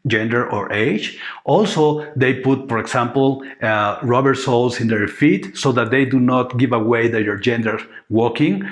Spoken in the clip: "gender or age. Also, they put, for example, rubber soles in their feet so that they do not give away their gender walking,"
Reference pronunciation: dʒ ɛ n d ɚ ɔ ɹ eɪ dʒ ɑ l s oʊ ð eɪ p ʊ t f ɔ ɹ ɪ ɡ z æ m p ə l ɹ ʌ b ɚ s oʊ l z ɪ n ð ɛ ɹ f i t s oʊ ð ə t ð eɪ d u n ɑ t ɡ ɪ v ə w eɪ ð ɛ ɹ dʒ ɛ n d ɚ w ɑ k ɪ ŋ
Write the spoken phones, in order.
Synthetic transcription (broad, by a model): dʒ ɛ n d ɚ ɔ ɹ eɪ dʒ ɑ l s oʊ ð eɪ p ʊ t f ɔ ɹ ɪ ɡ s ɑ m p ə l ɹ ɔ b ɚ s oʊ l s ɪ n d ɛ ɹ f i t s oʊ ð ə t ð eɪ d u n ɑ t ɡ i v ə w eɪ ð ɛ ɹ dʒ ɛ n d ɚ w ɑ k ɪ ŋ